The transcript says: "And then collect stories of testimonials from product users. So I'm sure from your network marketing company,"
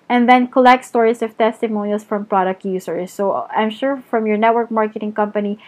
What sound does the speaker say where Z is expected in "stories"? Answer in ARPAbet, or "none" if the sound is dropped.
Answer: S